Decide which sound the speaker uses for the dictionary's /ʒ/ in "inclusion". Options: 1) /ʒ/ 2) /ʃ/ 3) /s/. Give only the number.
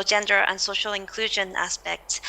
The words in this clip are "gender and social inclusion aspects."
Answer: 1